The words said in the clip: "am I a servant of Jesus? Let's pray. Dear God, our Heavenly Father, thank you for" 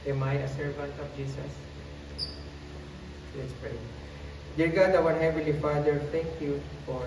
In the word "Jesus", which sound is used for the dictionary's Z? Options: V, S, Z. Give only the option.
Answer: S